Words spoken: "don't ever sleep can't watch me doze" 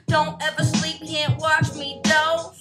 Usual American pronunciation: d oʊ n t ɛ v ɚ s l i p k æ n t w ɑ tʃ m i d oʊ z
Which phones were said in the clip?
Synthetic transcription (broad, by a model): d oʊ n t ɛ v ɚ s l i p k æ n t w ɑ tʃ m i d oʊ